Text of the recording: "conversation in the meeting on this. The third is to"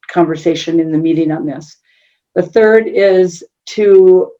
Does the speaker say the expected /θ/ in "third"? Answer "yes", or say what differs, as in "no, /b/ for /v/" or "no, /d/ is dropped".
yes